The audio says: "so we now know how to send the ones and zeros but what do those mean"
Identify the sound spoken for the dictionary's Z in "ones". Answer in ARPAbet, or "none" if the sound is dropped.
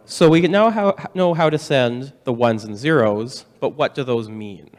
Z